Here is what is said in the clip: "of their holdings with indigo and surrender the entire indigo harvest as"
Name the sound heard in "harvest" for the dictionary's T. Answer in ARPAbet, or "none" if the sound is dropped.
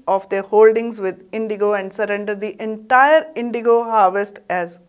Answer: T